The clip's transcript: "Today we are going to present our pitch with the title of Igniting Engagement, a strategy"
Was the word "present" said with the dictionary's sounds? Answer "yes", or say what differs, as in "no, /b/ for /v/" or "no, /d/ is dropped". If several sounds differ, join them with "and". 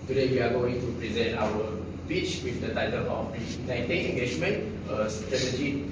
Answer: yes